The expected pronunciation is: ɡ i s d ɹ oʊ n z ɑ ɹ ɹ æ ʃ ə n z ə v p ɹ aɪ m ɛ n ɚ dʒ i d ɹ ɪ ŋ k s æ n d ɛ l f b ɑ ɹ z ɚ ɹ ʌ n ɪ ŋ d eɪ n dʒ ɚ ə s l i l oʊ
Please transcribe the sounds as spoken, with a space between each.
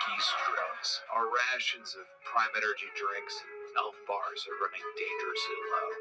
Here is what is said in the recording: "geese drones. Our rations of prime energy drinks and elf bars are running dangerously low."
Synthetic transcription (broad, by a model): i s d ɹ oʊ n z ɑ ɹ ɹ æ ʃ ə n z ə v p ɹ aɪ m ɛ n ɚ dʒ i d ɹ ɪ ŋ k s n ɛ l f b ɑ ɹ z ɚ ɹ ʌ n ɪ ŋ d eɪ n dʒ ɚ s i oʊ